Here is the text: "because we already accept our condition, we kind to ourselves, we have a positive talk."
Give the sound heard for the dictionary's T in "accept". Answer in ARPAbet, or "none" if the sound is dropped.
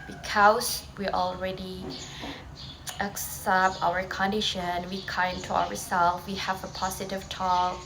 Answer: T